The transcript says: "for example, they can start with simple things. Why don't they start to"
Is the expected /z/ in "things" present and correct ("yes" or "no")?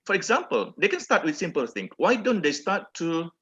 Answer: no